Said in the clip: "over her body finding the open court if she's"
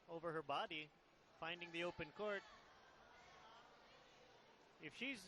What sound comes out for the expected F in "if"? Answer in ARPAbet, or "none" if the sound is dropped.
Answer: F